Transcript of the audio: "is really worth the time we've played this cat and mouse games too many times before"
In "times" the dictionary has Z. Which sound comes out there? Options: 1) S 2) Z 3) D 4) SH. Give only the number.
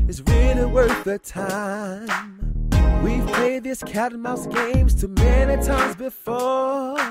2